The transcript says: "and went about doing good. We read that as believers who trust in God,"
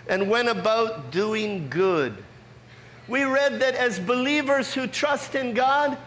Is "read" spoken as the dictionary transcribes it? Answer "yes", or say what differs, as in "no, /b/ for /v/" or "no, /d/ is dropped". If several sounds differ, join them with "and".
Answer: yes